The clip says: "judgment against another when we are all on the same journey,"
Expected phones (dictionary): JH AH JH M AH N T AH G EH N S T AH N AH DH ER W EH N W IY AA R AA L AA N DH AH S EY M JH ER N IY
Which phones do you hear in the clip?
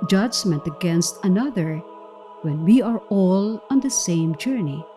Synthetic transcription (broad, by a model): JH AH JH M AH N T AH G EH N S T AH N AH DH ER W EH N W IY AA R AA L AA N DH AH S EY M JH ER N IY